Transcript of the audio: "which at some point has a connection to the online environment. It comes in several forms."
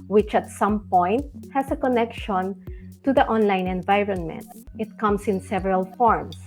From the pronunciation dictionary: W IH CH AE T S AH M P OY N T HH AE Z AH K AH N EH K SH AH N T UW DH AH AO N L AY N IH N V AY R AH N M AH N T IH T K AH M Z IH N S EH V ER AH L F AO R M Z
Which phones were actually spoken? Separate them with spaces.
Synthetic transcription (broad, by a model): W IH CH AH T S AH M P OY N T HH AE S AH K AH N EH K SH AH N T UW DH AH AO N L AY N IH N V AY R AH N M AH N T IH T K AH M S IH N S EH V ER AH L F AO R M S